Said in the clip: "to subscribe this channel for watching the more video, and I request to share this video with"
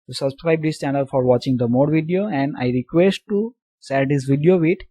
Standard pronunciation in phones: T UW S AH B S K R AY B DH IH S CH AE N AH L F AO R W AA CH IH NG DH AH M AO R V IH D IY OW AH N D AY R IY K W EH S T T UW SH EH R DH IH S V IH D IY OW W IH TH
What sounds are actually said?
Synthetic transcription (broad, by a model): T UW S AH B S K R AY B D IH S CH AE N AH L F AO R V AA CH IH NG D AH M AO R V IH D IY OW AH N D AY R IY K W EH S T T UW S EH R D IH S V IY D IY OW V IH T